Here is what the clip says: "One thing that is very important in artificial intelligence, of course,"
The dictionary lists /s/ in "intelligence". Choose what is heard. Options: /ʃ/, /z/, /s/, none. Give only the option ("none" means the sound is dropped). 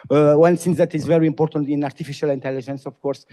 /s/